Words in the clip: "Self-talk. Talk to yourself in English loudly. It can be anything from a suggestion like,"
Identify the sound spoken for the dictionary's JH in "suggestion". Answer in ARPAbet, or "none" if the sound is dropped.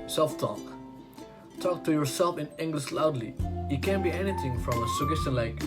none